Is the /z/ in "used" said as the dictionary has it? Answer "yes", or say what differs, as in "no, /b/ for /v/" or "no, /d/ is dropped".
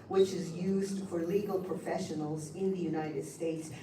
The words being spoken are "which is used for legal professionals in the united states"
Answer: yes